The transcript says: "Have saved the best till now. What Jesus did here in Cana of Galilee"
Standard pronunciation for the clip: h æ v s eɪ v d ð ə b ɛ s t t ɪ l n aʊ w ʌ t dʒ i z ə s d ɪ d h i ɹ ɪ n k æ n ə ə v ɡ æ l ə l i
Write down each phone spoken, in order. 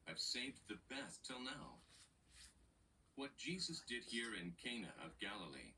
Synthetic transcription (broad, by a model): h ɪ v s eɪ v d ð ə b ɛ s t t ɪ l n aʊ w ʌ t dʒ i z ə s d ɪ d h i ɹ ɪ n k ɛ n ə ə v ɡ æ l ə l i